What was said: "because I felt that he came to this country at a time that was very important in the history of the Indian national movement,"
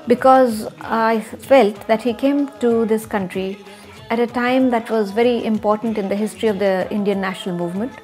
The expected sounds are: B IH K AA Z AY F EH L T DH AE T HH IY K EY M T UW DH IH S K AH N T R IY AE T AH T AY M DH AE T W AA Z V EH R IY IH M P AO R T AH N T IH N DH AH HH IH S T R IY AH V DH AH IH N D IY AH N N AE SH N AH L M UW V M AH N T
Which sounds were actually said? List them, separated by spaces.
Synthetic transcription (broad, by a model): B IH K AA Z AY F EH L T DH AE T HH IY K EY M T UW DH IH S K AH N T R IY AE T AH T AY M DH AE T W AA Z V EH R IY IH M P AO R T AH N T IH N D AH HH IH S T R IY AH V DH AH IH N D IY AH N N AE SH N AH L M UW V M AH N T